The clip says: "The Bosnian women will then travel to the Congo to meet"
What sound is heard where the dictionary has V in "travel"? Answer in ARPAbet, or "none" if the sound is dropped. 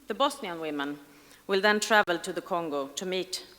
V